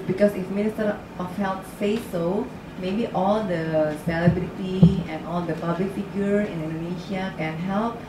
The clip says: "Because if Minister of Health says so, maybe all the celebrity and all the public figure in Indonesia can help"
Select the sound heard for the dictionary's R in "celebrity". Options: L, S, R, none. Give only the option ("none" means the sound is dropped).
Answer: L